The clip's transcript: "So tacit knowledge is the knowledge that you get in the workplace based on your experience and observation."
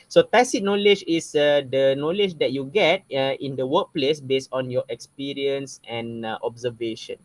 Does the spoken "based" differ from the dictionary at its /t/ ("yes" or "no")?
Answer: no